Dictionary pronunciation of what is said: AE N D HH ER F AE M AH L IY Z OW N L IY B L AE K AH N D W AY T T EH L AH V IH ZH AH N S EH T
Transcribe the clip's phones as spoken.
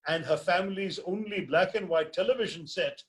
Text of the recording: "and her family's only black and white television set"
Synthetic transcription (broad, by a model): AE N D HH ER F AE M AH L IY Z OW N L IY B L AE K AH N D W AY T T EH L AH V IH ZH AH N S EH T